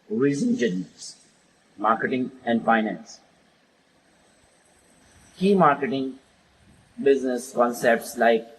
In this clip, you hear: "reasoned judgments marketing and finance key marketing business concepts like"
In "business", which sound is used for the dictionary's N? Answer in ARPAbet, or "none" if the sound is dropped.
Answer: N